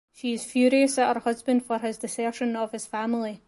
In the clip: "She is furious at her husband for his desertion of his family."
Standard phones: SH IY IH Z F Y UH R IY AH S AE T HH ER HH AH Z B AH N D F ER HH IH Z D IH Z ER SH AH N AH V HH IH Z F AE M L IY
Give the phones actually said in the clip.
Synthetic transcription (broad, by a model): SH IY IH Z F Y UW R IY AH S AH T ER HH AH Z B AH N D F ER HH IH Z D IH S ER SH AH N AH V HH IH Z F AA M L IY